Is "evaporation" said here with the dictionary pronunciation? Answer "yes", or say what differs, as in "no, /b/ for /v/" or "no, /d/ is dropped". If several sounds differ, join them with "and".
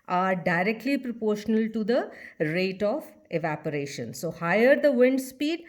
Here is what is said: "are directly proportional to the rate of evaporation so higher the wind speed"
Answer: yes